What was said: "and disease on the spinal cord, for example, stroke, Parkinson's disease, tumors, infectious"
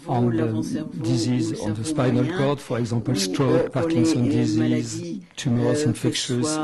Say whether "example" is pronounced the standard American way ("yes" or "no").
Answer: no